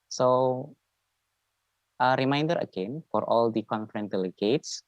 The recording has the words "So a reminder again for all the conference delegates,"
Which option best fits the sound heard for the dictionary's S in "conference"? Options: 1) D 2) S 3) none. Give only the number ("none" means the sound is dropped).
3